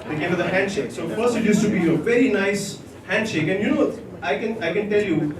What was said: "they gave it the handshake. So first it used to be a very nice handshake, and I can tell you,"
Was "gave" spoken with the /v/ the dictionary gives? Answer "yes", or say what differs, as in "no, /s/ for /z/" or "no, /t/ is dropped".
no, /v/ is dropped